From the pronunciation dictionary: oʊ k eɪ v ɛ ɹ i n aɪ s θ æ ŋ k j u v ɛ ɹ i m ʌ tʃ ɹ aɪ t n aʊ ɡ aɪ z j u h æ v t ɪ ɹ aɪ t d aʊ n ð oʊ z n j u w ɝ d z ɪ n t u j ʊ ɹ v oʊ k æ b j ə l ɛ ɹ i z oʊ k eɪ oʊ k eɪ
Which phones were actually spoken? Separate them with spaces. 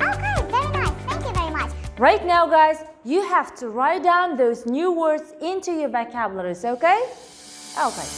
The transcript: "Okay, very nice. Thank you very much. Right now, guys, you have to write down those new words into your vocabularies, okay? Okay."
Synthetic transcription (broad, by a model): oʊ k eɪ v ɛ ɹ i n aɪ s θ æ ŋ k j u v ɛ ɹ i m ʌ tʃ ɹ aɪ t n aʊ ɡ aɪ z j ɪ h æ f t ɪ ɹ aɪ t d aʊ n ð oʊ z n j u w ɝ d z ɪ n t u j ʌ ɹ b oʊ k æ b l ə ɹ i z oʊ k eɪ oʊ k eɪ